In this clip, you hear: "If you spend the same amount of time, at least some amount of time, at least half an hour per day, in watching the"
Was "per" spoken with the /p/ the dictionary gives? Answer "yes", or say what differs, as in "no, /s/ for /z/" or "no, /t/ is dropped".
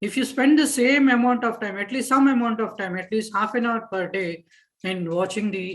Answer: yes